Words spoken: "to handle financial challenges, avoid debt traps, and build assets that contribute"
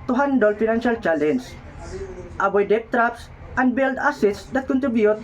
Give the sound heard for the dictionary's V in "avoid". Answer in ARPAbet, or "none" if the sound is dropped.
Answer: B